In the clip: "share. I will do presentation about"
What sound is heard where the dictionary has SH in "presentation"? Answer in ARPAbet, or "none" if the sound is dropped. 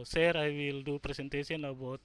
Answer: S